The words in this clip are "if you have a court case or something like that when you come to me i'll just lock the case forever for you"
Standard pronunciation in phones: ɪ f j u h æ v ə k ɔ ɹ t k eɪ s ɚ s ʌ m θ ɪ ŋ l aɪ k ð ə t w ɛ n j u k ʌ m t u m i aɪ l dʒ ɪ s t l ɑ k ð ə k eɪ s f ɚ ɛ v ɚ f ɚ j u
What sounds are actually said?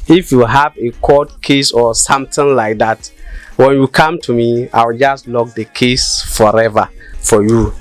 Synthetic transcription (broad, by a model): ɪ f j u h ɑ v ə k ɔ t k eɪ s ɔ s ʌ m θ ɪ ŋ l aɪ k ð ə t w ɛ n j u k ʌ m t u m i aɪ w dʒ ɪ s t l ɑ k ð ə k eɪ s f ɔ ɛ v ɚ f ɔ j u